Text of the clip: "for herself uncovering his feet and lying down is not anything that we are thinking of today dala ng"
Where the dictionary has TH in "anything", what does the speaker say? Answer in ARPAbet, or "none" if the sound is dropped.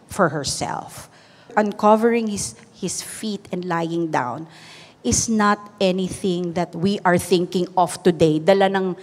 TH